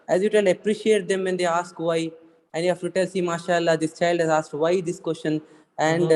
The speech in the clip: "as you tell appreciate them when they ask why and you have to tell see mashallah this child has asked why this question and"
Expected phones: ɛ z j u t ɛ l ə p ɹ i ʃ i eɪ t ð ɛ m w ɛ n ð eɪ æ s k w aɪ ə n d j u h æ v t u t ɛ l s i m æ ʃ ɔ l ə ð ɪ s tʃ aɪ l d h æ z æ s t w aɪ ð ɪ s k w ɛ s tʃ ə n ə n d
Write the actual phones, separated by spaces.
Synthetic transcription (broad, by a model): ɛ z j u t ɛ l ə p ɹ i ʃ i eɪ t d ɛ m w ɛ n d eɪ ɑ s k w aɪ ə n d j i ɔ f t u t ɛ l s i m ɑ ʃ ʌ l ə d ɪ s tʃ aɪ l d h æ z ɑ s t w aɪ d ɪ s k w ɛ s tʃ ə n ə n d